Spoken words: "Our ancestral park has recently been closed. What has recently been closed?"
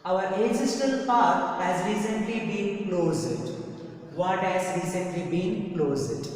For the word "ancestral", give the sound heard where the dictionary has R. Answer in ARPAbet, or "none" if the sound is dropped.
none